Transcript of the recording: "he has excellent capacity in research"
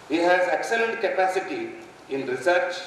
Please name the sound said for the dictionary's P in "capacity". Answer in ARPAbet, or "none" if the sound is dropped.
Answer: P